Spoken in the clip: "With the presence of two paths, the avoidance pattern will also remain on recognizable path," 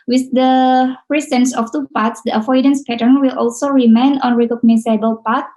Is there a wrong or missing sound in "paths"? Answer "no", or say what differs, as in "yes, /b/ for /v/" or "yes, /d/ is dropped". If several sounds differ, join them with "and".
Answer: yes, /t/ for /θ/